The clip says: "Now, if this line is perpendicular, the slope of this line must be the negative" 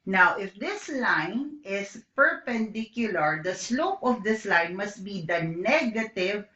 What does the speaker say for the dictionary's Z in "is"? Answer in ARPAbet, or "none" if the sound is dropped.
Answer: S